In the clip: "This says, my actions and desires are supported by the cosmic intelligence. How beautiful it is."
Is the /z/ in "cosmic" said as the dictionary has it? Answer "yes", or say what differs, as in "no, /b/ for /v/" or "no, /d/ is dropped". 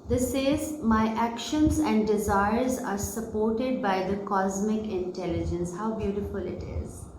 yes